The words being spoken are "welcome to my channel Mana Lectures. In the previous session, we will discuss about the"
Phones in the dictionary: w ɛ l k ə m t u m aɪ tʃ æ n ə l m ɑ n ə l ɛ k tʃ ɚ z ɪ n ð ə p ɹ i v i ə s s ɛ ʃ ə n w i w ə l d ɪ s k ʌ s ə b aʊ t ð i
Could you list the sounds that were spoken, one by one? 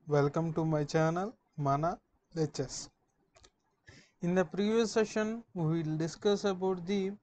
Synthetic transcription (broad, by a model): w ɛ l k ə m t u m aɪ tʃ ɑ n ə l m ɑ n ə l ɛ tʃ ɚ s ɪ n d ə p ɹ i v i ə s s ɛ ʃ ə n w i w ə l d ɪ s k ʌ s ə b aʊ t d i